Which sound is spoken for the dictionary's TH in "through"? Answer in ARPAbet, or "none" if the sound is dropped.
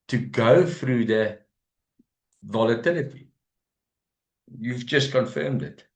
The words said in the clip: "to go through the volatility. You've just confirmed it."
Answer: F